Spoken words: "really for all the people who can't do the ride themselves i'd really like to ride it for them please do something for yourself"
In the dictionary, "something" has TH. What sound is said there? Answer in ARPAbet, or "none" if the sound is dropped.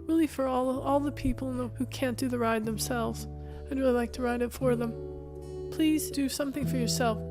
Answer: TH